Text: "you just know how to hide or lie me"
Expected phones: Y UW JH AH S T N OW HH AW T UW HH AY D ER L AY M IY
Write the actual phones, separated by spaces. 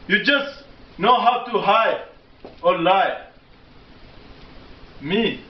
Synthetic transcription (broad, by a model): Y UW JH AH S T N OW HH AW T UW HH AY AO L AY M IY